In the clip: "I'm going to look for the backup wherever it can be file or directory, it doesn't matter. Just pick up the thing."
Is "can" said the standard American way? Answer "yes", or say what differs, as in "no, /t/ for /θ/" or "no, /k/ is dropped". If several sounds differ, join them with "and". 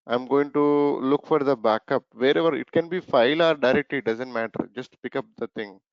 yes